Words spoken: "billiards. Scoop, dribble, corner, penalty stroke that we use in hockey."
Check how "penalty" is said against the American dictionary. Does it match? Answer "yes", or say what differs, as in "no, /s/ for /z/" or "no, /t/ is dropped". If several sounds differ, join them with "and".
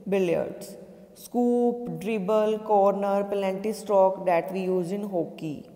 no, /l/ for /n/ and /n/ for /l/